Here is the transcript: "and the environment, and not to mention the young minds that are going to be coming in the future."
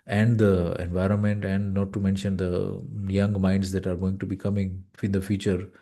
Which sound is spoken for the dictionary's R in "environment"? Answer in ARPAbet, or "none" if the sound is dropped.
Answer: R